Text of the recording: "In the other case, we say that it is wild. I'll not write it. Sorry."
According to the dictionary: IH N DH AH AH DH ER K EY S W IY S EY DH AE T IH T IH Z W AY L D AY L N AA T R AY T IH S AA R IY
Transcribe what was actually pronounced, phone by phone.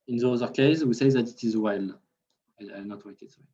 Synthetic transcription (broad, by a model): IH N DH AH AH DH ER K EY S W IY S EY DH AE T IH T IH Z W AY L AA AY N AA T W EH IH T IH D